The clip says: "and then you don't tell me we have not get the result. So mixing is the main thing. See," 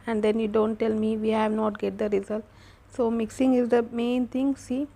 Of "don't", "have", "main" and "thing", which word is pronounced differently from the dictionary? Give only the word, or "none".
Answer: thing